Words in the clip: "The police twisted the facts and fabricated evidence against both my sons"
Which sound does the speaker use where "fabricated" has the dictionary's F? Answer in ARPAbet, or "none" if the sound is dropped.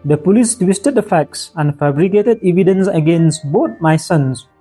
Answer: F